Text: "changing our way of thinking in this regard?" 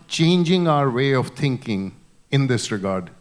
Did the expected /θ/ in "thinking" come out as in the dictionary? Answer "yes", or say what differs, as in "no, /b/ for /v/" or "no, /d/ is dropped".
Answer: no, /t/ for /θ/